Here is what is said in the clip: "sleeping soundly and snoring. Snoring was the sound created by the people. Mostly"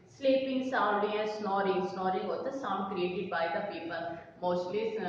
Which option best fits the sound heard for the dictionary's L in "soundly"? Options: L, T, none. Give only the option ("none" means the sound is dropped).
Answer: none